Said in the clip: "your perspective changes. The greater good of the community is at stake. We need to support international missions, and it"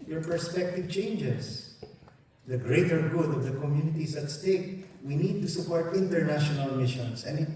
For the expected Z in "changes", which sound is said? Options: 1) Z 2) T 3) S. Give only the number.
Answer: 3